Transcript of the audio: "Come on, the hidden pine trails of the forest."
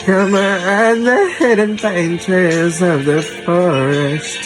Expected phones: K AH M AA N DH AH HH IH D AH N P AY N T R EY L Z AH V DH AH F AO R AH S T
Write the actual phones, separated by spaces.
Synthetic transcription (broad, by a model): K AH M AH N DH AH HH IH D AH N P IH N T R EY Z AH V DH AH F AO R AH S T